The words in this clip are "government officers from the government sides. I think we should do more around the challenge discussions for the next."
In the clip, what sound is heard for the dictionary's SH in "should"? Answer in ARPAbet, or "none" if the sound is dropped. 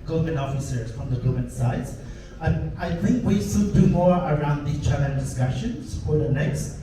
S